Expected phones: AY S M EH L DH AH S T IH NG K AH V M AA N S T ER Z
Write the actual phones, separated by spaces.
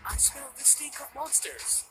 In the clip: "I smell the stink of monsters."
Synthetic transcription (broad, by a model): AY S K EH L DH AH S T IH K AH P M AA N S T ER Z